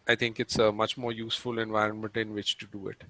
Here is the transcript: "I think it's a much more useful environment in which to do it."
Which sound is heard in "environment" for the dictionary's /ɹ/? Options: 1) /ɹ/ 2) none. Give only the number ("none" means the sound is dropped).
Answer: 1